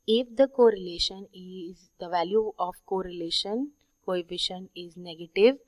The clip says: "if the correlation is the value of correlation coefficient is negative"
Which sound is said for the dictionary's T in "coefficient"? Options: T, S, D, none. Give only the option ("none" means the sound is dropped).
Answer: none